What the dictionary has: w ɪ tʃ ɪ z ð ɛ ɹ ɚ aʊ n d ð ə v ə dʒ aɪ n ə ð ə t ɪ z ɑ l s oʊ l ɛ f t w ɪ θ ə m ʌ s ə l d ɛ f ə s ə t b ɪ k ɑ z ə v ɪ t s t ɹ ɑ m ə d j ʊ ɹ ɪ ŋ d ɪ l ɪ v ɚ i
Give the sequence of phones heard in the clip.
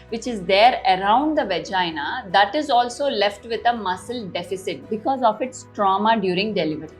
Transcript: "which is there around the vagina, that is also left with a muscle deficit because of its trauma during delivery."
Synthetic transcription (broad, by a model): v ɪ tʃ ɪ z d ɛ ɹ ɚ aʊ n d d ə v ə dʒ aɪ n ə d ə t ɪ z ɑ l s oʊ l ɛ f t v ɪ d ə m ʌ s ə l d ɛ f ə s ə t b ɪ k ɑ z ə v ɪ t s t ɹ ɑ m ə d j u ɹ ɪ ŋ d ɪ l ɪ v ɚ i